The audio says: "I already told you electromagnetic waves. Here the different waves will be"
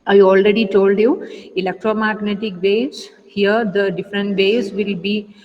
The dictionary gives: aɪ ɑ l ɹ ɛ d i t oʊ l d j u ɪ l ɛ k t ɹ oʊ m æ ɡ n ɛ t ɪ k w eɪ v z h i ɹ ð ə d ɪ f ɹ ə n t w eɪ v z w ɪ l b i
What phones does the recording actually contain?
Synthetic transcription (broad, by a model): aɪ ɑ l ɹ ɛ d i t oʊ l d j u ɪ l ɛ k t ɹ oʊ m æ ɡ n ɛ t ɪ k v eɪ z h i ɹ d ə d ɪ f ɹ ə n t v eɪ z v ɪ l b i